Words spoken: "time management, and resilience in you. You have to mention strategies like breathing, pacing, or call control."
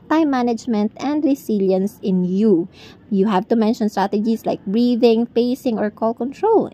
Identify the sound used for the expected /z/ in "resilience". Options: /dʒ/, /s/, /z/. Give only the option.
/s/